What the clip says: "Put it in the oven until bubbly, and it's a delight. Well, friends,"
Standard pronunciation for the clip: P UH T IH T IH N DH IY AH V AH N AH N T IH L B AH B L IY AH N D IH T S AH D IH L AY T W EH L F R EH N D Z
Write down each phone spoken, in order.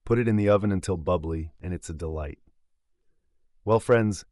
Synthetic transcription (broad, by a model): P UH T IH T IH N DH IY AH V AH N AH N T IH L B AH B L IY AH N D IH T S AH D IH L AY T W EH L F R EH N D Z